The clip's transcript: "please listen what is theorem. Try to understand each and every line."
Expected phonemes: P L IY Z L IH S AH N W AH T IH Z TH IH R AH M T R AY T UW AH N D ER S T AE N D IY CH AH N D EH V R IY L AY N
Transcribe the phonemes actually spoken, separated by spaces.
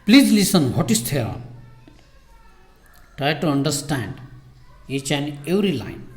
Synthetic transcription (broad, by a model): P L IY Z L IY S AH N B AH T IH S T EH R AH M T R AY T UW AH N D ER S T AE N D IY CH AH N EH W R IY L AY N